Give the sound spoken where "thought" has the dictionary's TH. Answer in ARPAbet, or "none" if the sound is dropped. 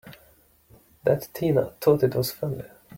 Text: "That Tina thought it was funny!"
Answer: T